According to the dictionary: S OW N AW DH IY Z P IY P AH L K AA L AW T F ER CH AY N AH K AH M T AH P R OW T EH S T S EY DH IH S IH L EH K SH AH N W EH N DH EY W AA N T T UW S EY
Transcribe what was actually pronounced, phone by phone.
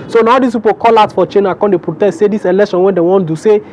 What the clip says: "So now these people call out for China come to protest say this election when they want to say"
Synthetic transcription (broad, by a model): S OW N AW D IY S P IY P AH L K AA L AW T F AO CH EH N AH K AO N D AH P R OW T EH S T S EY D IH S IH L EH K SH AH N W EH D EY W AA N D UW S EY